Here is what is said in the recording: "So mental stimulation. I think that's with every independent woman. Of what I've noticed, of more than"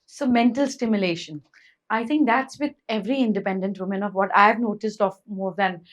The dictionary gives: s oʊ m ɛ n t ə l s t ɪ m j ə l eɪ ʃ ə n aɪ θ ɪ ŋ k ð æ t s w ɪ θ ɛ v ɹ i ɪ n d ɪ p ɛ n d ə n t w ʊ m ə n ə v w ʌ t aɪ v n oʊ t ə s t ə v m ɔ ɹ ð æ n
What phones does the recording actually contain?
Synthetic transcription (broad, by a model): s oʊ m ɛ n t ə l s t ɪ m j ə l eɪ ʃ ə n aɪ t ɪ ŋ k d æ t s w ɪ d ɛ v ɹ i ɪ n d ɪ p ɛ n d ə n t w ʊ m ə n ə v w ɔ t aɪ v n oʊ t ə s t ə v m ɔ ɹ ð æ n